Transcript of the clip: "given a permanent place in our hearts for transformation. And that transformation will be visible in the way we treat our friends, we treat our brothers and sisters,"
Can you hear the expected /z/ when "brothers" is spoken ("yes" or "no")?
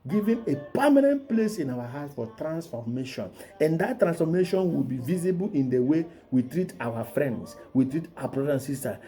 no